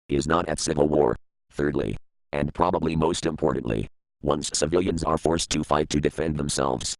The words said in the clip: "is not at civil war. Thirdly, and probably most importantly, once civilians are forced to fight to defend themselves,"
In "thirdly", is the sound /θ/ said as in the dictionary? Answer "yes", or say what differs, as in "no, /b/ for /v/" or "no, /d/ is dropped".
yes